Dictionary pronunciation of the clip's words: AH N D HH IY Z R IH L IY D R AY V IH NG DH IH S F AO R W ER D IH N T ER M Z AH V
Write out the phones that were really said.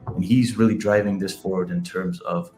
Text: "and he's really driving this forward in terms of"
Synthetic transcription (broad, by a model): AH N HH IY Z R IH L IY D R AY V IH NG DH IH S F AO R W ER D IH N T ER M Z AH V